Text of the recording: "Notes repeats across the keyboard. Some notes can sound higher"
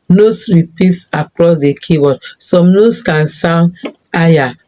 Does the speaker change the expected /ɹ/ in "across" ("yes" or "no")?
no